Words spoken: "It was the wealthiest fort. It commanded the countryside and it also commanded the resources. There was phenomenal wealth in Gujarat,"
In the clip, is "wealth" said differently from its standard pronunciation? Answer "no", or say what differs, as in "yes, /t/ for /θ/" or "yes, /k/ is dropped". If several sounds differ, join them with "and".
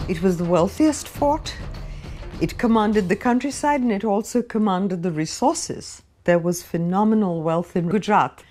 no